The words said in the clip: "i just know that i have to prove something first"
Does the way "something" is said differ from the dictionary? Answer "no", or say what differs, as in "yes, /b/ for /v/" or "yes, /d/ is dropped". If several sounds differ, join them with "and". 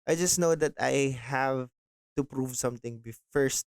yes, /t/ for /θ/